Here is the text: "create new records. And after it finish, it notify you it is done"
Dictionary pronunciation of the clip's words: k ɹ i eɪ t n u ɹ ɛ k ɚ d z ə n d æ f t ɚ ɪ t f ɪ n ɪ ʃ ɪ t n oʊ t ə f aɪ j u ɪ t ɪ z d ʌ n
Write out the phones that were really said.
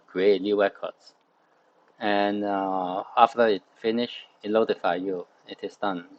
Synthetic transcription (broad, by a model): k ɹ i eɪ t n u w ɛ k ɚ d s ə n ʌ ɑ f t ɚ ɪ t f ɪ n ɪ ʃ ɪ t l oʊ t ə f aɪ j u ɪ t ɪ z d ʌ n